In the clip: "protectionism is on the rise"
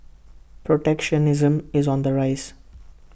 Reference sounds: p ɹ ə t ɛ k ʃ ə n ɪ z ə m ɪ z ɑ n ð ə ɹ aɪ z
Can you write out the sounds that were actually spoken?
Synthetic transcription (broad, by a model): p ɹ ə t ɛ k ʃ ə n ɪ z ə m ɪ z ɑ n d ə ɹ aɪ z